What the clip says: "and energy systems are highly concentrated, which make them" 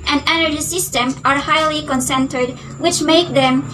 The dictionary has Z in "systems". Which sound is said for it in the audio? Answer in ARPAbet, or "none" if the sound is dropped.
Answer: none